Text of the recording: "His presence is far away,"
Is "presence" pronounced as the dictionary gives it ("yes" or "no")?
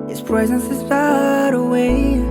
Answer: yes